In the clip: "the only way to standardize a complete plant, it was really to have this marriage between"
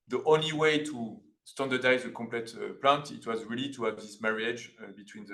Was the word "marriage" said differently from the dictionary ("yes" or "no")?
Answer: no